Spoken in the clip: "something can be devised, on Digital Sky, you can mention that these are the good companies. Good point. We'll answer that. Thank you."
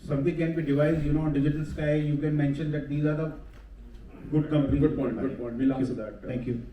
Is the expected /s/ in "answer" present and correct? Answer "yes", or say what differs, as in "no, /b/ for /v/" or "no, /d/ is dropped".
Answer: no, /s/ is dropped